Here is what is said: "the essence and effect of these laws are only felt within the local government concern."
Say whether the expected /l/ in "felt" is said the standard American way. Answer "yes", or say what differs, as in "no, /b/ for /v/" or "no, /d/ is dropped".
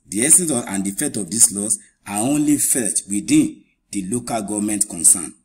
no, /l/ is dropped